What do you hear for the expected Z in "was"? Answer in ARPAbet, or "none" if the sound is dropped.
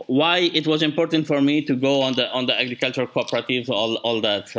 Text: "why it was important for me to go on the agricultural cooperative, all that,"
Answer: Z